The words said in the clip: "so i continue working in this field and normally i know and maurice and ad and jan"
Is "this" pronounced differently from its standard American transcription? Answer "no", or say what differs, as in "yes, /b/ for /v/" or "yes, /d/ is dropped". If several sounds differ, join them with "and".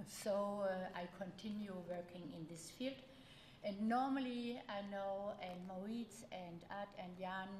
no